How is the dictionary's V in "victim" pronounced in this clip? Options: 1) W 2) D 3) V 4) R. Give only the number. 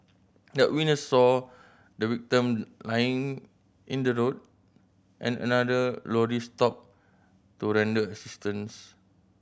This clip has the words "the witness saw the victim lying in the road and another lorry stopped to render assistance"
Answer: 1